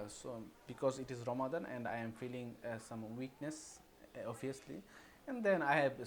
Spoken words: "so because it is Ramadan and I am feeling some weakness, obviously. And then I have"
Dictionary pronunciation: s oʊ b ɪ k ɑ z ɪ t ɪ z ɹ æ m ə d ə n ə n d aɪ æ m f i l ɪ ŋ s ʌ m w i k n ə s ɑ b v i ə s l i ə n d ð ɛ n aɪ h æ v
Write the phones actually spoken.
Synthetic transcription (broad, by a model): s oʊ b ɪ k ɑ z ɪ t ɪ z ɹ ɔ m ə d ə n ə n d aɪ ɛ m f i l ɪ ŋ s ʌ m w i k n ə s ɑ v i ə s l i ə n d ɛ n aɪ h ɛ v